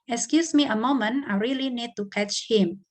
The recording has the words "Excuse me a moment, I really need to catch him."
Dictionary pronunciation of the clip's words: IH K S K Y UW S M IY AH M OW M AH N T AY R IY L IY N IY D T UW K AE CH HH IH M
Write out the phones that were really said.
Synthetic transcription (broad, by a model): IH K S K Y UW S M IY AH M OW M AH N AY R IY L IY N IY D T UW K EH CH HH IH M